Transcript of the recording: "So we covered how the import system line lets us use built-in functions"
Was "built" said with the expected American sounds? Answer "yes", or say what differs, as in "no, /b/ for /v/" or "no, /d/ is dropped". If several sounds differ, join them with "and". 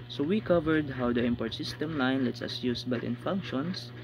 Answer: no, /l/ is dropped